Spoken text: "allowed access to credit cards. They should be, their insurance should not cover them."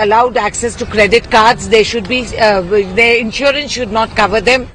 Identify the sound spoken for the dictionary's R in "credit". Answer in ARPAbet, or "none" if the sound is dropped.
R